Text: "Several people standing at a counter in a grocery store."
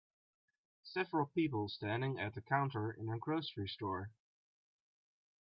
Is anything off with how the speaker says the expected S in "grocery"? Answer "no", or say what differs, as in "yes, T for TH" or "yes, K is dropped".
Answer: no